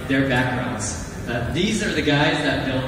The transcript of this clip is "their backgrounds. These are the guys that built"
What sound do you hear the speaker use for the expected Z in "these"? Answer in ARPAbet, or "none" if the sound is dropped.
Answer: Z